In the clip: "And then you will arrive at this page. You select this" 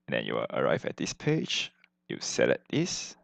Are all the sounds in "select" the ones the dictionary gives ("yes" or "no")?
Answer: no